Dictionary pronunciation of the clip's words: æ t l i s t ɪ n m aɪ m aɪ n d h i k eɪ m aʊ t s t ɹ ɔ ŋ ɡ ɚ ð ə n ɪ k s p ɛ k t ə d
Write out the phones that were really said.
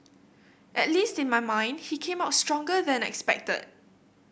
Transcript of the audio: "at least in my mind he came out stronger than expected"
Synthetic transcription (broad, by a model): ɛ t l i s t ɪ n m aɪ m aɪ n d h i k eɪ m aʊ t s t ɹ ɔ ŋ ɡ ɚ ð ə n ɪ k s p ɛ k t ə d